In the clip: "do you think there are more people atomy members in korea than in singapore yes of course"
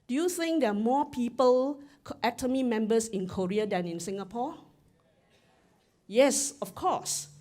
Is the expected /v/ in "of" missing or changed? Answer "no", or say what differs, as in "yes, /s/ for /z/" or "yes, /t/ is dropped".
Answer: yes, /f/ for /v/